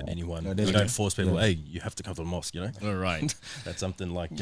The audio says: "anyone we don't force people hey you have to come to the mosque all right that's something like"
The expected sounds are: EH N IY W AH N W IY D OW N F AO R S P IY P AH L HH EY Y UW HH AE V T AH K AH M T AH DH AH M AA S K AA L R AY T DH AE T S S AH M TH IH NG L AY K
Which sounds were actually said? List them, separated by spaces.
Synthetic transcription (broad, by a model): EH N IY W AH N D OW N F AO R S P IY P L EY Y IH HH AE F T AH K AH M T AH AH M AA S K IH N R AY T DH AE T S S AH M TH IH NG L AY K